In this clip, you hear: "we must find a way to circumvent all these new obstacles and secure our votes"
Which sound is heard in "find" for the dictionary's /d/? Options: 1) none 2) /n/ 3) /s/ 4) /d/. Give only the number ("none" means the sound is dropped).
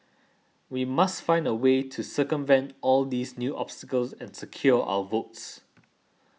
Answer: 4